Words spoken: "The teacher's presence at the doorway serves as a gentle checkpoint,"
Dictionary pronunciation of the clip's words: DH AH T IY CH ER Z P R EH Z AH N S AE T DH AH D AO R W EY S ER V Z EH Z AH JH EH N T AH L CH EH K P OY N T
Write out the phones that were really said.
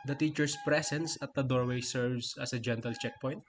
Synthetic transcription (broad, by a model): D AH T IY CH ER S P R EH S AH N S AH T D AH D AO R W EY S ER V S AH S AH JH EH N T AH L CH EH K P OY N T